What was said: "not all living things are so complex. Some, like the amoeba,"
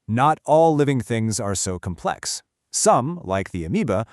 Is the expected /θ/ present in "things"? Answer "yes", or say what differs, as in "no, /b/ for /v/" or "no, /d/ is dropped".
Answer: yes